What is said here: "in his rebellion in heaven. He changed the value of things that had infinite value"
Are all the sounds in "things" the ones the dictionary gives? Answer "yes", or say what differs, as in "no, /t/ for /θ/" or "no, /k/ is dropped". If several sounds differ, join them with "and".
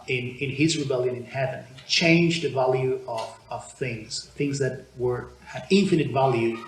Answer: yes